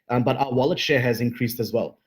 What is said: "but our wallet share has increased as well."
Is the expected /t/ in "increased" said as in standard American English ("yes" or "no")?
yes